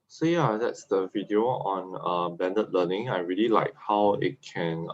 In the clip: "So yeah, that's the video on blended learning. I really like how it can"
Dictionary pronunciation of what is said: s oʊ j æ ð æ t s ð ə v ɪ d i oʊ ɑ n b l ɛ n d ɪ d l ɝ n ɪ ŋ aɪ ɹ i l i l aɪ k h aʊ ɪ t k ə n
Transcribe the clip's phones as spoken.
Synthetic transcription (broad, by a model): s oʊ j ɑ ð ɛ t s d ə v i d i oʊ ɑ n b ɛ n d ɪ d l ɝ n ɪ ŋ aɪ ɹ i l i l aɪ k h aʊ ɪ t k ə n